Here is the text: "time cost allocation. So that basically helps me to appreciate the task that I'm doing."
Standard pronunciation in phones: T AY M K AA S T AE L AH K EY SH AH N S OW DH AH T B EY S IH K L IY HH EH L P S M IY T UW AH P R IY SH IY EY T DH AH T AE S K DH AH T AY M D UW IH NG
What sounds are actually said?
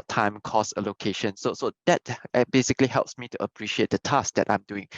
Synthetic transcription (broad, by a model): T AY M K AA S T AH L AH K EY SH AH N S OW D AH T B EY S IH K L IY HH EH L P S M IY T UW AH P R IY SH IY EY T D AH T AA S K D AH T AY M D UW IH NG